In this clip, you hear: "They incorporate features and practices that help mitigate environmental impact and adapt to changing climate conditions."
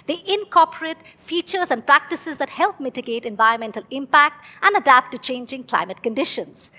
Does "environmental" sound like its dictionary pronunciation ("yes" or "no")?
yes